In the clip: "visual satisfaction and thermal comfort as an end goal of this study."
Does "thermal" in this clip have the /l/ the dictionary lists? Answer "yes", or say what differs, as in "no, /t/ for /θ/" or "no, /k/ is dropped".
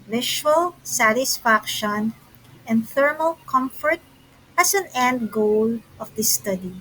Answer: yes